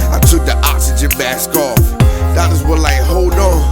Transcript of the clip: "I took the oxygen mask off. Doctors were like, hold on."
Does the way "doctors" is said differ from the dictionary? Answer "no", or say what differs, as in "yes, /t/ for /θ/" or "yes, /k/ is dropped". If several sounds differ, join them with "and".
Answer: yes, /k/ is dropped